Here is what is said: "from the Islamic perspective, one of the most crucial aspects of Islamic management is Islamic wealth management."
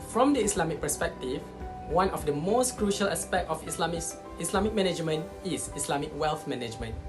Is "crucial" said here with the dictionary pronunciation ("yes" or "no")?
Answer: yes